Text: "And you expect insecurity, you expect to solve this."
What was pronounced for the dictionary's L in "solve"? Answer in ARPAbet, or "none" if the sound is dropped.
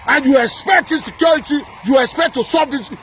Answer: none